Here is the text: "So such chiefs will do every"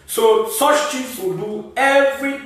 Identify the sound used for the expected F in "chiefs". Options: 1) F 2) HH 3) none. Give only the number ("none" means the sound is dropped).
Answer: 3